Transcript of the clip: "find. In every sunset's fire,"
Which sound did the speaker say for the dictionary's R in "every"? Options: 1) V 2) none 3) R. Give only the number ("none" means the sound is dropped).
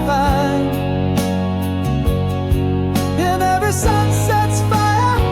2